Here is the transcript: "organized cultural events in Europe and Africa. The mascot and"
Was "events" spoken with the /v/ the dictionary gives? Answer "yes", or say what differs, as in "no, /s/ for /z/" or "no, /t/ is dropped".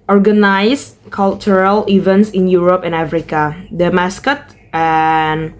yes